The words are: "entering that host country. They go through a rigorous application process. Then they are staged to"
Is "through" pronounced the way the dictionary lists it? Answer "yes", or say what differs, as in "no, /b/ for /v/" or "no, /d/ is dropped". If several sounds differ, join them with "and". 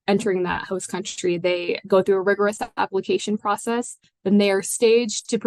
yes